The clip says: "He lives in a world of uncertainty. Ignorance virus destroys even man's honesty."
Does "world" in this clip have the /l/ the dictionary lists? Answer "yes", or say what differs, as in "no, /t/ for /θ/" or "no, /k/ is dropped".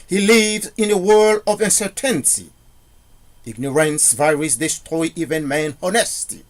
yes